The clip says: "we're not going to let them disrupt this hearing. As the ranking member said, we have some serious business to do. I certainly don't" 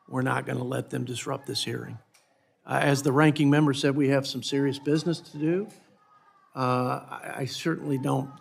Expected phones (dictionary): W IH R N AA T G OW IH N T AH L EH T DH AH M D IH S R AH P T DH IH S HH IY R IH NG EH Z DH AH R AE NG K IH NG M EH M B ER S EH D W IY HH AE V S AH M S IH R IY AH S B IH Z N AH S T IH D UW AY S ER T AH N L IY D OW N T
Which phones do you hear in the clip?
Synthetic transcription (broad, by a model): W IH R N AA T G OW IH N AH L EH T DH AH M D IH S R AH P DH IH S HH IY R IH NG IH Z DH AH R AE NG K IH NG M EH M B ER S EH D W IY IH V S AH M S IH R IY AH S B IH Z N AH S T IH D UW AY S ER T N L IY D OW N T